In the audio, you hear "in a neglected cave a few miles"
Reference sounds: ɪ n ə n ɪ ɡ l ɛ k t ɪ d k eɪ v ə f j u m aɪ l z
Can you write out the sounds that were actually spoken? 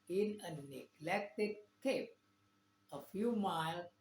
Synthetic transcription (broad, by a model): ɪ n ə n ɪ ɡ l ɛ k t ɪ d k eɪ p ə f j u m aɪ l